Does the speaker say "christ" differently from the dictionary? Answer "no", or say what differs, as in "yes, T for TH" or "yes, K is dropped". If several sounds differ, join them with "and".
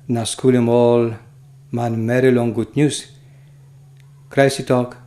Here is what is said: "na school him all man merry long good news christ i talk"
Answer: yes, T is dropped